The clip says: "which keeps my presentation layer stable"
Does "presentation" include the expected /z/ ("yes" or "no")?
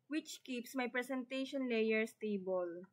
no